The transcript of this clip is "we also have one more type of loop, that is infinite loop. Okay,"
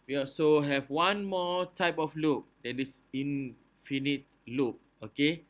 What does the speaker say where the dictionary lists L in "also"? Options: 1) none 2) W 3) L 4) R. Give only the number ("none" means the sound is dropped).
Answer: 1